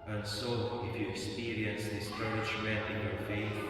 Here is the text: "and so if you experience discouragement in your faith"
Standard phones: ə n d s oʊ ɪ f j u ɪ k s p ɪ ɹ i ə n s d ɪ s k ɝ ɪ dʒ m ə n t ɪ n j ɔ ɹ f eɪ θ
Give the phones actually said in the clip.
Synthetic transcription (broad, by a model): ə n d s oʊ ɪ f j u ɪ k s p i ɹ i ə n s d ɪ s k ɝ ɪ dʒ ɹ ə t ɪ n j ɔ ɹ f eɪ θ